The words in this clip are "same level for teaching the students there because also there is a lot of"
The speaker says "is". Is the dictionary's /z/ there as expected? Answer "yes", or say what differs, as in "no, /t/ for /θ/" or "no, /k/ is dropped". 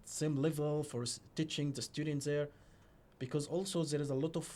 yes